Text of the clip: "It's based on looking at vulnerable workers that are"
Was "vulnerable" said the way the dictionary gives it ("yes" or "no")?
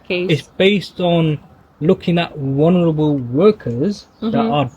no